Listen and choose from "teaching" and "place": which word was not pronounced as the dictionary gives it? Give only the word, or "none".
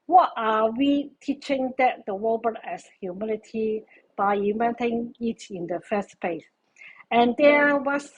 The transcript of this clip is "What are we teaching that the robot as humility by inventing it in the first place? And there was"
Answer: place